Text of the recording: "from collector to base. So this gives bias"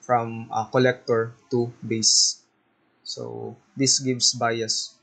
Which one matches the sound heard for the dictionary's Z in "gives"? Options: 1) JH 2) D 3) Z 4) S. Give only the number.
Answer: 4